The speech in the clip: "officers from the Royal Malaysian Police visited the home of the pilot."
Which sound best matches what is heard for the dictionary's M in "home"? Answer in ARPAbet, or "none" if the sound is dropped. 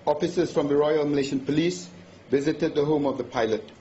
M